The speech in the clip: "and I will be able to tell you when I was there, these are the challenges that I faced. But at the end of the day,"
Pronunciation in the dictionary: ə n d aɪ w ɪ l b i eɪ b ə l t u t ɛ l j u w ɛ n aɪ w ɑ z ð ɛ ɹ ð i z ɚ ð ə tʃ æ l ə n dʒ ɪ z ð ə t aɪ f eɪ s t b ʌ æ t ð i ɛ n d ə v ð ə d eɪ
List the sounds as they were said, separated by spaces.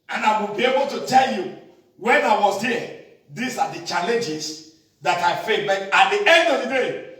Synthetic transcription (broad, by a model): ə n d aɪ w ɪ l b i eɪ b ə l t u t ɛ l j u w ɛ n aɪ w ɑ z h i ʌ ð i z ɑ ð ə tʃ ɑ l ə n dʒ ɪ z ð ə t aɪ f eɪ t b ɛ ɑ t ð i ɛ n d ə v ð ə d eɪ